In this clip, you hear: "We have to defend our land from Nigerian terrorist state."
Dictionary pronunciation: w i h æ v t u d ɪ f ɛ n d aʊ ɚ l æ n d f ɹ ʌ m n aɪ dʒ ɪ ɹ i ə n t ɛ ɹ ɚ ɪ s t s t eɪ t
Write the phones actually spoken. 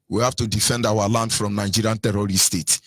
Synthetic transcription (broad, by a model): w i h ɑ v t u d ɪ f ɛ n d aʊ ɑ l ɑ n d f ɹ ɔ m n aɪ dʒ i ɹ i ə n t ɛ ɹ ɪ t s t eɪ t